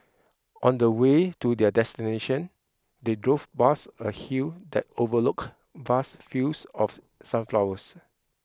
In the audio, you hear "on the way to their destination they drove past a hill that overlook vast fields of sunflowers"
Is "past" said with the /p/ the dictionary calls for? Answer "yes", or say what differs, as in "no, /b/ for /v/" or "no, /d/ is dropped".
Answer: no, /b/ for /p/